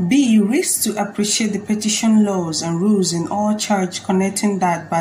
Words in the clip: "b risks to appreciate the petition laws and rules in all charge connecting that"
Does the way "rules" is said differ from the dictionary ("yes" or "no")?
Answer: no